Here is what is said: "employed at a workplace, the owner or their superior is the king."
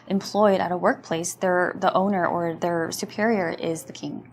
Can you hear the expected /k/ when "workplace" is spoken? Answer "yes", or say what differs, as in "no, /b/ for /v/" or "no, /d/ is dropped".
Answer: yes